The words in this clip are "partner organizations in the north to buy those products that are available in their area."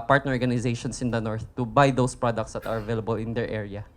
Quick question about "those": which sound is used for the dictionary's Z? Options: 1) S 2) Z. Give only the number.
1